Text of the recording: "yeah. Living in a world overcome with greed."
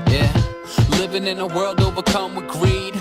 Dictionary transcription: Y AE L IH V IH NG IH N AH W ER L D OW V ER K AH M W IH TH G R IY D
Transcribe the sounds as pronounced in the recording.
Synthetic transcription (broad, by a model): Y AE L IH V IH NG IH N AH W ER L D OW B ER K AH M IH G R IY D